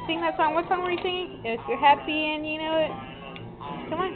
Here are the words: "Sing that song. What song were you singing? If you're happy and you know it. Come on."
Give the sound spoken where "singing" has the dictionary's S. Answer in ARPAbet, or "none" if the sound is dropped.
TH